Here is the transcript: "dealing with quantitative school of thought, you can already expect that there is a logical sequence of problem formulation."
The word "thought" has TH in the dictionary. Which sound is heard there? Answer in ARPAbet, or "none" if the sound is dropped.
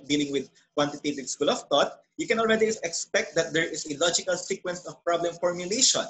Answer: T